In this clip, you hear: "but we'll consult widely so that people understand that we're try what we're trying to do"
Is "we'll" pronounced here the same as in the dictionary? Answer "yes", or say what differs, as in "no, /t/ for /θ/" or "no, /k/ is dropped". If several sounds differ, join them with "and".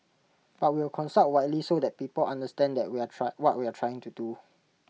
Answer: no, /w/ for /l/